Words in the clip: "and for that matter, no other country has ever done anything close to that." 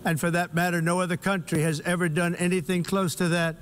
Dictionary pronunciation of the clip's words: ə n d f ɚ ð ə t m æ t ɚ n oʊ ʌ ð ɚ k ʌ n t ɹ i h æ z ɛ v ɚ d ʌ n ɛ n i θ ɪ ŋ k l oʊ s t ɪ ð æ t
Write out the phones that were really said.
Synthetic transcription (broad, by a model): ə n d f ɚ ð ə t m æ t ɚ n oʊ ʌ ð ɚ k ʌ n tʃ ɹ i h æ z ɛ v ɚ d ʌ n ɛ n i θ ɪ ŋ k l oʊ s t ɪ ð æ t